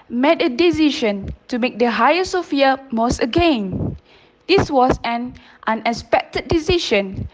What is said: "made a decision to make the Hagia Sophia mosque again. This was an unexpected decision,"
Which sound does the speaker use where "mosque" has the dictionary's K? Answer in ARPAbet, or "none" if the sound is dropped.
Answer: none